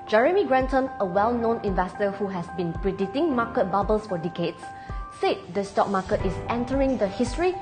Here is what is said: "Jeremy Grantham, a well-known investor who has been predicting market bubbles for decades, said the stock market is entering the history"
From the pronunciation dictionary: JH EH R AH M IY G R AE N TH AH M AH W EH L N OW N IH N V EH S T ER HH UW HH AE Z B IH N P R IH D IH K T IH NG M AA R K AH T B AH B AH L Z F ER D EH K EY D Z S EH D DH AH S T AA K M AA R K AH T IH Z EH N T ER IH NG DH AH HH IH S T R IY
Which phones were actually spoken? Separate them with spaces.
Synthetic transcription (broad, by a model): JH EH R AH M IY G R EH N T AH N AH W EH L N OW N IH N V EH S T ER HH UW HH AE S B IH N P R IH D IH T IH NG M AA K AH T B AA B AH L S F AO D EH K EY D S S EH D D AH S T AA K M AA K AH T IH S EH N T ER IH NG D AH HH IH S T R IY